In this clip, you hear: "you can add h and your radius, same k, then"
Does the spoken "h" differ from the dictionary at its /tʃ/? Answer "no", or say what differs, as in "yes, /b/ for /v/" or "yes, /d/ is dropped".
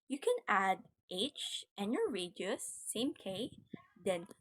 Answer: no